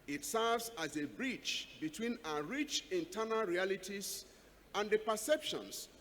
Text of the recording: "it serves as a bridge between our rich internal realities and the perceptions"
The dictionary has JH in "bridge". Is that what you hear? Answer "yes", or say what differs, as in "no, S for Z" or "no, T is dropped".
no, CH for JH